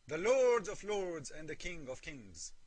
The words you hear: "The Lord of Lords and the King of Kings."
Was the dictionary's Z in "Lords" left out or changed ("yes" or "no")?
no